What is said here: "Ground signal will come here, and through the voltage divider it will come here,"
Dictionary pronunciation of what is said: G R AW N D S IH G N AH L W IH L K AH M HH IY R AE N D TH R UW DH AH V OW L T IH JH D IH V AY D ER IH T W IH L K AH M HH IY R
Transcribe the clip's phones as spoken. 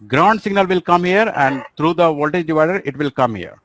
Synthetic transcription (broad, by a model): G R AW N D S IH G N AH L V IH L K AH M HH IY R AE N D T R UW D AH V OW L T IH JH D IH V AY D ER IH T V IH L K AH M HH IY R